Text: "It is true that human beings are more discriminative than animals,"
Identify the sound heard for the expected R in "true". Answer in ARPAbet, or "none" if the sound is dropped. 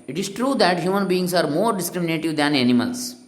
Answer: R